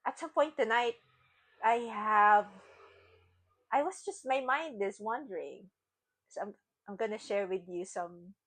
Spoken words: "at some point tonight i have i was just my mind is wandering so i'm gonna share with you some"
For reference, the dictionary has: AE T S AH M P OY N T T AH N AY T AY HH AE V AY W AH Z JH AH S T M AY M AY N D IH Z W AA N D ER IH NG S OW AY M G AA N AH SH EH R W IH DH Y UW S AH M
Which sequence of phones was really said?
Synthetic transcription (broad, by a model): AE T S AH M P OY N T T AH N AY T AY HH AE V AY W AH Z JH AH S T M AY M AY N D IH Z W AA N D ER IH NG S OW AY M G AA N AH SH EH R W IH DH Y UW S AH M